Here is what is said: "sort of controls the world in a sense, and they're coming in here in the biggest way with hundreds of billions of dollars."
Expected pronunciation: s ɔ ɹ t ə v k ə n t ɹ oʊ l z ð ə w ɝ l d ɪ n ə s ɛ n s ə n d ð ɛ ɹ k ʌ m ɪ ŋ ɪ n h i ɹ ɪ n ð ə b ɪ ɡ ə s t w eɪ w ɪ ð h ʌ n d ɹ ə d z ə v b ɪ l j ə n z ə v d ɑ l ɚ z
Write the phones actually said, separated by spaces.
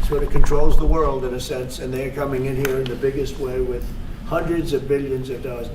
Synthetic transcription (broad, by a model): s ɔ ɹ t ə k ə n t ɹ oʊ l z ð ə w ɝ l d ɪ n ə s ɛ n s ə n ð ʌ ɹ k ʌ m ɪ ŋ ɪ n h i ɹ ɪ n ð ə b ɪ ɡ ə s t w eɪ w ɪ ð h ʌ n d ɹ ə d z ə v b ɪ l j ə n z ə v d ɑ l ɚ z